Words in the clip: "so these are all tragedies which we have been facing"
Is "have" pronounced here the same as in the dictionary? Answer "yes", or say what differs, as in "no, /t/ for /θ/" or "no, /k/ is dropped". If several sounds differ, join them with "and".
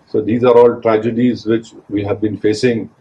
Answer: yes